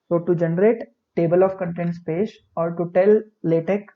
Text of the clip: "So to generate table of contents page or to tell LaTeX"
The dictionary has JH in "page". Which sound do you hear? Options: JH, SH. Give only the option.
SH